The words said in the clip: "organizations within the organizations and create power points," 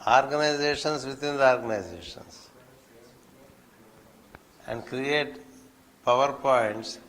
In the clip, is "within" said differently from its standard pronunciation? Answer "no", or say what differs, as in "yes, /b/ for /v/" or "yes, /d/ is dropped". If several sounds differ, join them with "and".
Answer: yes, /t/ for /θ/